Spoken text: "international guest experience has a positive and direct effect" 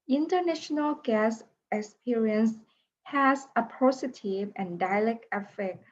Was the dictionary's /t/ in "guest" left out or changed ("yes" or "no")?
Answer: yes